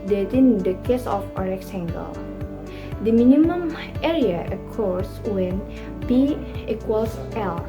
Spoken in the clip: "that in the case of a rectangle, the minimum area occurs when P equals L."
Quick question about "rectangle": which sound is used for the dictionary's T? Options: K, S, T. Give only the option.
S